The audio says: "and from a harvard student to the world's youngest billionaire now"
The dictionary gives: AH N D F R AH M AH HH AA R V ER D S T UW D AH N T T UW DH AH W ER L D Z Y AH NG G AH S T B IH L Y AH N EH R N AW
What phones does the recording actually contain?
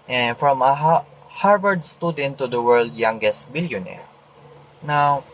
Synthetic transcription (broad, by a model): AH N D F R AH M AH HH AA R V ER D S T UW D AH N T T UW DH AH W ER L D Y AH NG G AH S T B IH L Y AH N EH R N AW